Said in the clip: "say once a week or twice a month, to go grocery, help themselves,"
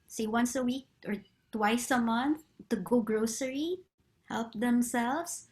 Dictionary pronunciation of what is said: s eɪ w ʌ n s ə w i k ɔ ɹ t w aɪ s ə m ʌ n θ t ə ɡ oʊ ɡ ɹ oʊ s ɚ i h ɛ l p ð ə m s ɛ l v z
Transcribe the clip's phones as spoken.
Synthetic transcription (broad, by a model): s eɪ w ʌ n s ə w i k ɔ ɹ t w aɪ s ə m ʌ n θ t ə ɡ oʊ ɡ ɹ oʊ s ɚ i h ɛ l p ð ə m s ɛ l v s